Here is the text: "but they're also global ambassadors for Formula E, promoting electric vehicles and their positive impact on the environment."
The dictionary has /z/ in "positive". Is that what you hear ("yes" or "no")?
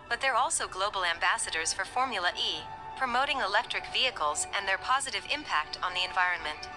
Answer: yes